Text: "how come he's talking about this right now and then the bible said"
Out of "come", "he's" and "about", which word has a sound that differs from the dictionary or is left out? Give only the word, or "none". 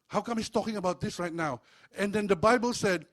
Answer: he's